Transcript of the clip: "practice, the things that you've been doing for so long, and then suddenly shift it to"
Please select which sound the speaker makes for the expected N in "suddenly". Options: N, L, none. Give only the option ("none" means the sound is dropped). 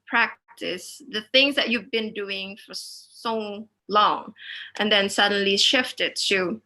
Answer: N